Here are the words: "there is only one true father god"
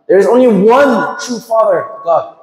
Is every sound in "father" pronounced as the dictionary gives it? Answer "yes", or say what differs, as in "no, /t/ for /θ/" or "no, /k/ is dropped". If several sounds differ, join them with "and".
yes